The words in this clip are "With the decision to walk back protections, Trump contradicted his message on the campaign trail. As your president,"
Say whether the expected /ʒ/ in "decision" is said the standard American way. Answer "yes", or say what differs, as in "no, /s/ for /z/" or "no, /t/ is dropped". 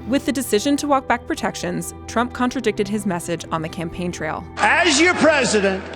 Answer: yes